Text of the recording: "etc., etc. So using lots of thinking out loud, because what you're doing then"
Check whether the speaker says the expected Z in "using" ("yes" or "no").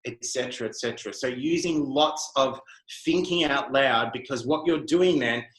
yes